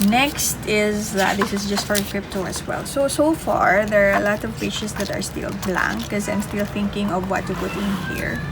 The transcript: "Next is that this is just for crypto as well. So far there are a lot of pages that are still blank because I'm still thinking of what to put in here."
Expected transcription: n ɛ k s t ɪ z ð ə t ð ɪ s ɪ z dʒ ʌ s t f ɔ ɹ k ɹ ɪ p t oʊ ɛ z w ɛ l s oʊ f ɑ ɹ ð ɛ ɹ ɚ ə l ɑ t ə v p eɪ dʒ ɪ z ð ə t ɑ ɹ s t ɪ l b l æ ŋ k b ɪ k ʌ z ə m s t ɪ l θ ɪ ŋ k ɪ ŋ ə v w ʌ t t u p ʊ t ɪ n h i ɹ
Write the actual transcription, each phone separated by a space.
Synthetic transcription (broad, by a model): n ɛ k s t ɪ z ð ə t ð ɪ s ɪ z dʒ ʌ s t f ɔ ɹ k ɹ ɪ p t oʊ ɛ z w ɛ l s oʊ f ɑ ɹ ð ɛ ɹ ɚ ə l ɑ t ə v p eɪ tʃ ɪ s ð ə t ɑ ɹ s t ɪ l b l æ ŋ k k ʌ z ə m s t ɪ l θ ɪ ŋ k ɪ ŋ ə v w ʌ t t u p ʊ t ɪ n h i ɹ